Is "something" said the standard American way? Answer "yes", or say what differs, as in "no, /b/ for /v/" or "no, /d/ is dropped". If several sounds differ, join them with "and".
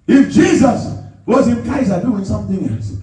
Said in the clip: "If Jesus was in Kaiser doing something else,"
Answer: yes